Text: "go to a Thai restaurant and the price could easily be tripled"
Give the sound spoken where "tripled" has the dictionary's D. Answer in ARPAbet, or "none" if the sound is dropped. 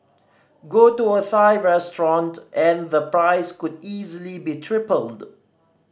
D